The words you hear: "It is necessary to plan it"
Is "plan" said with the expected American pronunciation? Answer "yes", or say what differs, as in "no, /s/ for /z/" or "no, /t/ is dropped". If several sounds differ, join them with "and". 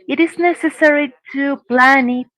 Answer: yes